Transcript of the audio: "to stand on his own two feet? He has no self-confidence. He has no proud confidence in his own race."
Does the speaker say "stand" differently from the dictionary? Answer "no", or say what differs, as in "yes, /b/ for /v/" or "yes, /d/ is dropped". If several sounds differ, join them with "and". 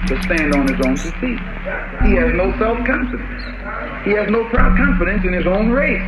no